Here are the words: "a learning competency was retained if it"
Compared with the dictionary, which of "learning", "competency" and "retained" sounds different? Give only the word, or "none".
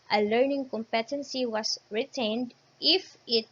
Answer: none